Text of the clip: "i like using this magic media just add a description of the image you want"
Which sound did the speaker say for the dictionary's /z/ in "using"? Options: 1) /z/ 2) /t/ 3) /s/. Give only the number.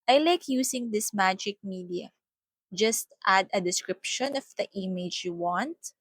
3